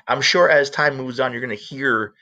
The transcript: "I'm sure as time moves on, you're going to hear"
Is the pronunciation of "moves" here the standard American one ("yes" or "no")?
yes